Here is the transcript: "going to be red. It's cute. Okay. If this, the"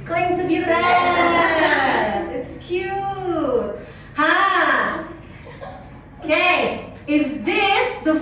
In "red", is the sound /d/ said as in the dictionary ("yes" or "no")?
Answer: no